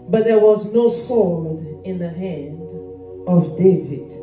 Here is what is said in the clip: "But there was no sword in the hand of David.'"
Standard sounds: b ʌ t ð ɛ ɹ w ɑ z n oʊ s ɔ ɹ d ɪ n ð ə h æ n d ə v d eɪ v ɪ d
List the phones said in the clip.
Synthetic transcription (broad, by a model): b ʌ t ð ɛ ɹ w ɑ z n oʊ s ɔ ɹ d ɪ n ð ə h æ n d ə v d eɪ v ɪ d